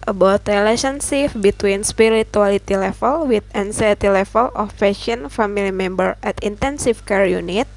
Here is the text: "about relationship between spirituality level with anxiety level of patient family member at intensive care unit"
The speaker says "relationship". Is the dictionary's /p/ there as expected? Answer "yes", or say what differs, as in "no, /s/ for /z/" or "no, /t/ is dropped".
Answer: no, /f/ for /p/